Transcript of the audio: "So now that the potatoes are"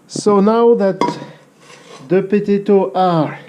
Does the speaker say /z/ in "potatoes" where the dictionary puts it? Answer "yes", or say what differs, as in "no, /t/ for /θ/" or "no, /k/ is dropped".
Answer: no, /z/ is dropped